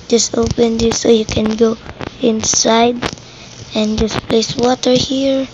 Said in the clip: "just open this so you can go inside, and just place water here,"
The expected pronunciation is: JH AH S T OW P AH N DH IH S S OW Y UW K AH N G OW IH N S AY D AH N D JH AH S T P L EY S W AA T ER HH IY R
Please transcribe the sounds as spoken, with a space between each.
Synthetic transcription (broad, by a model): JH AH S T OW P AH N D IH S S OW Y UW K AH N G OW IH N S AY D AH N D JH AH S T P L EY S W AA T ER HH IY R